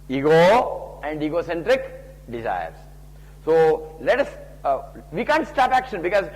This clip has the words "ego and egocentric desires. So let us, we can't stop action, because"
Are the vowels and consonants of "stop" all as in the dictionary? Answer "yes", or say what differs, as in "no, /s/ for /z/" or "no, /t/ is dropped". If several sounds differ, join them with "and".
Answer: yes